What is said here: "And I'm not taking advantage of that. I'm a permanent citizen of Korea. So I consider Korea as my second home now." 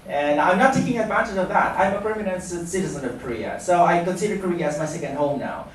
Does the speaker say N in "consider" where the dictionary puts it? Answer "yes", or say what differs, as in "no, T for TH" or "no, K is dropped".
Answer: no, N is dropped